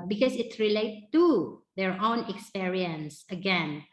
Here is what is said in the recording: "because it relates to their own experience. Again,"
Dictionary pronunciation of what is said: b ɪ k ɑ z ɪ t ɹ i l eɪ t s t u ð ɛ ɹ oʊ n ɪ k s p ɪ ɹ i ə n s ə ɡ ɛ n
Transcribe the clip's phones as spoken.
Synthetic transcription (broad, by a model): b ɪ k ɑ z ɪ t ɹ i l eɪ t t u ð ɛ ɹ oʊ n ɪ k s p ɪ ɹ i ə n s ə ɡ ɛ n